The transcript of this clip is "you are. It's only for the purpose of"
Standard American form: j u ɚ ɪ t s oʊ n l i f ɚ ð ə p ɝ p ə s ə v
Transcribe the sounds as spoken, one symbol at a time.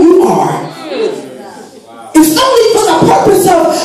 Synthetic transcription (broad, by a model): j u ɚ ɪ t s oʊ l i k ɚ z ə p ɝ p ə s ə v